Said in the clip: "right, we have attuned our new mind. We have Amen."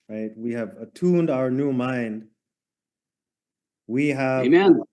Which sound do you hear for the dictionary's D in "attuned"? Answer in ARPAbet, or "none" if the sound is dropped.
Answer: D